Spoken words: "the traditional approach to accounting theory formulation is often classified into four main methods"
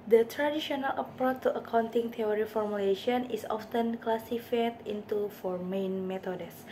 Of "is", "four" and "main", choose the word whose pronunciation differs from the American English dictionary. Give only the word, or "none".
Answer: is